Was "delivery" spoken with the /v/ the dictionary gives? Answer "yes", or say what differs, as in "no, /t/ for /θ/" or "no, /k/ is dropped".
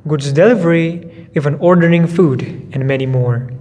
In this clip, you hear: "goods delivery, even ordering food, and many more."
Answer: yes